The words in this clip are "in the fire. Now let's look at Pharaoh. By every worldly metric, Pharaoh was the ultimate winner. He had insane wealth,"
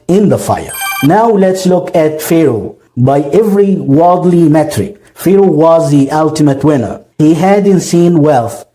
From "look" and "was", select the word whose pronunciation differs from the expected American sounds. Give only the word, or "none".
none